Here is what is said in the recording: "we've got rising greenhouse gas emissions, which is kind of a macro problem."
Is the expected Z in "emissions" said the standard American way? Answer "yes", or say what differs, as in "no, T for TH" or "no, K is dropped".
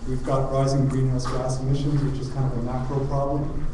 yes